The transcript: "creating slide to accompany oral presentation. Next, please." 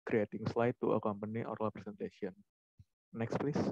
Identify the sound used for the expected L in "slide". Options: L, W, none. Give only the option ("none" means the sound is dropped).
L